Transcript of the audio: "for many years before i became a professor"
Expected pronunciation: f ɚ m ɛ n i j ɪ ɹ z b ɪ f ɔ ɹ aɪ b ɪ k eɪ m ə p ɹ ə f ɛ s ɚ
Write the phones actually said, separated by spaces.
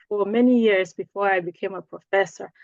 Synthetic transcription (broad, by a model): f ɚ m ɛ n i j ɪ ɹ z b ɪ f ɔ ɹ aɪ b ɪ k eɪ m ə p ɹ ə f ɛ s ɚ